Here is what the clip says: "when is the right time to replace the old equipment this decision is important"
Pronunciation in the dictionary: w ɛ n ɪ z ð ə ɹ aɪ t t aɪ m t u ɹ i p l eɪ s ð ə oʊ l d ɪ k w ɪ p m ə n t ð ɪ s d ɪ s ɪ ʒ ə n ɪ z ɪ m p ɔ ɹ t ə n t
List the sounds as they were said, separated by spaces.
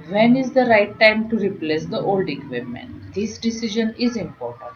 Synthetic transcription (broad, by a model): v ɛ n ɪ z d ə ɹ aɪ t t aɪ m t u ɹ i p l eɪ s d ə oʊ l d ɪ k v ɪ m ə n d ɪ s d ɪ s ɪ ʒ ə n ɪ z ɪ m p ɔ ɹ t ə n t